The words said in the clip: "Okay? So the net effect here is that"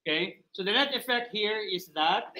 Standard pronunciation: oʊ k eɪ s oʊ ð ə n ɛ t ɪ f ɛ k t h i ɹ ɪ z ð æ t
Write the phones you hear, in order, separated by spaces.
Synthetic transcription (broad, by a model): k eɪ s oʊ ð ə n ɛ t ɪ f ɛ k t h i ɹ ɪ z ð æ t